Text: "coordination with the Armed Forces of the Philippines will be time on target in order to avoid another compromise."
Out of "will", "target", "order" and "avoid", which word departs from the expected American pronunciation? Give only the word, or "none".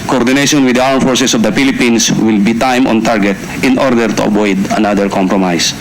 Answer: avoid